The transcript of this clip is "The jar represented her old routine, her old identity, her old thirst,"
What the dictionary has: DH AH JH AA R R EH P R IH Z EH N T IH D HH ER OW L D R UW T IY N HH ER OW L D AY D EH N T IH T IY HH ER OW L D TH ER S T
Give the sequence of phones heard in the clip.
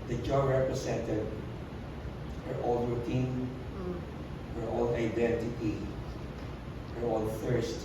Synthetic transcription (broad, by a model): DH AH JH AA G R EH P R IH S EH N T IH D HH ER OW L D R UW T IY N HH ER OW L D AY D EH N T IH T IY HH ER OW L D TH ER S T